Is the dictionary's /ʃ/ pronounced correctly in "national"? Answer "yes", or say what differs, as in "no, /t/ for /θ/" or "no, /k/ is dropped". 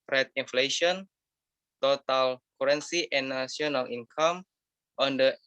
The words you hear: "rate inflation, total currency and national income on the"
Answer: no, /ʃ/ is dropped